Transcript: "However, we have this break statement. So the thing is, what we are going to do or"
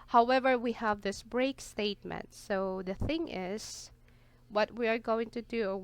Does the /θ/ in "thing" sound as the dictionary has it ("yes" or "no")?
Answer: yes